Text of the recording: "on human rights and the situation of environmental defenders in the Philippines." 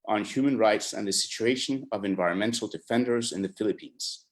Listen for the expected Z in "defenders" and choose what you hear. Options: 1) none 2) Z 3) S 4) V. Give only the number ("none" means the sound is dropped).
2